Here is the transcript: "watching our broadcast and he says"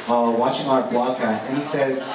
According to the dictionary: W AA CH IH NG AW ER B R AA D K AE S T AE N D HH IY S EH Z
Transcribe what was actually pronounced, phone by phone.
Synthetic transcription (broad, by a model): W AA CH IH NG AW ER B L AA D K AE S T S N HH IY S EH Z